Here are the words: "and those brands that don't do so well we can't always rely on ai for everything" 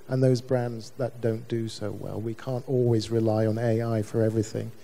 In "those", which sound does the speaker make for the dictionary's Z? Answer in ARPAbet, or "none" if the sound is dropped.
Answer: Z